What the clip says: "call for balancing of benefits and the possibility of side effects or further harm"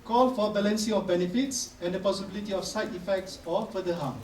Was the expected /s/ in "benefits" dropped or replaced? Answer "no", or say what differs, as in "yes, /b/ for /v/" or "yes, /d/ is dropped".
no